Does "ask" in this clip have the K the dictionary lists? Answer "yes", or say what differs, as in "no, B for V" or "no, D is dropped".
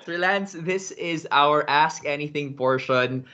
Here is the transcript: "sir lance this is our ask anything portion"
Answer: yes